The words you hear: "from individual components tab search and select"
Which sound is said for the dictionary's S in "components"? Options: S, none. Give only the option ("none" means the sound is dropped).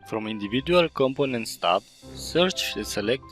S